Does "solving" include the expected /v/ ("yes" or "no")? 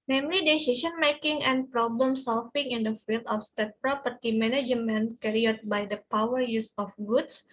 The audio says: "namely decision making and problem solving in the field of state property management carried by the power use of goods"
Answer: no